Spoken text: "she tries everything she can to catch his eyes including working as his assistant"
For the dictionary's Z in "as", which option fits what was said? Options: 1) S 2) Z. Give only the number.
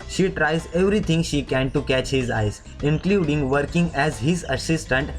2